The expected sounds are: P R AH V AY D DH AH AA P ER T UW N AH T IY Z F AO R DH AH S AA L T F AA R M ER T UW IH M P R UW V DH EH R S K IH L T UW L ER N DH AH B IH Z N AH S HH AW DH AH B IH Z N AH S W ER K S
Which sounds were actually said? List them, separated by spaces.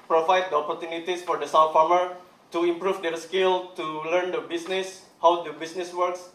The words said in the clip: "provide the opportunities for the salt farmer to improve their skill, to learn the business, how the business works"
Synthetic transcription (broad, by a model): P R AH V AY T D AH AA P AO T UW N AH T IY S F AO R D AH S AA W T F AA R M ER T UW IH M P R UW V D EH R S K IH L T UW L ER N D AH B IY S N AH S HH AW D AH B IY S N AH S W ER K S